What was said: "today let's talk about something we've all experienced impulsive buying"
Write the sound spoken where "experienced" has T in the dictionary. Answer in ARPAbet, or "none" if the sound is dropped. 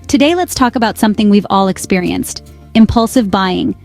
T